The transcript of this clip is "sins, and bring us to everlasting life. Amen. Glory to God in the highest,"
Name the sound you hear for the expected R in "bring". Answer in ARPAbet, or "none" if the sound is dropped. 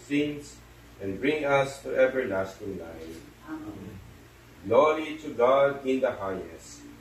R